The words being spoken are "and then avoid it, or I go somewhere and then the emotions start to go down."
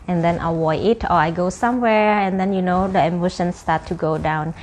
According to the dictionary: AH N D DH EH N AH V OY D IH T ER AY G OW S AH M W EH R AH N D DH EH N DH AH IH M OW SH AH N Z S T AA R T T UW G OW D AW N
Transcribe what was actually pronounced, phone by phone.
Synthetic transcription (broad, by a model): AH N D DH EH N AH W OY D IH T ER AY G OW S AH M W EH R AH N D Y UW N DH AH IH M OW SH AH N S T AA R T T UW G OW D AW N